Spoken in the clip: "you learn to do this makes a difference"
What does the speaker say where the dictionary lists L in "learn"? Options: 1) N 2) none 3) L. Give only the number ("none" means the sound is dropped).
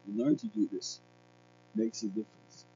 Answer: 1